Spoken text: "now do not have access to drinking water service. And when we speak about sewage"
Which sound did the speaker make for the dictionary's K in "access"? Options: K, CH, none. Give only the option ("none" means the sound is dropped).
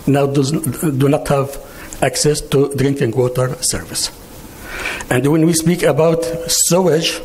K